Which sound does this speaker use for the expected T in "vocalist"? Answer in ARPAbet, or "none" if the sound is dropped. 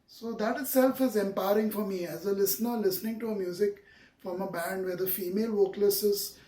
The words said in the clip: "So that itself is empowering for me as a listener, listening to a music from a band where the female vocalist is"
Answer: none